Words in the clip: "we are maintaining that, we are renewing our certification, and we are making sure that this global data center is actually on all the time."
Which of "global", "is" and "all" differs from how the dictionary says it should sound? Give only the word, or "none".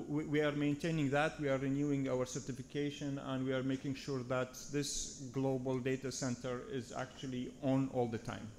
none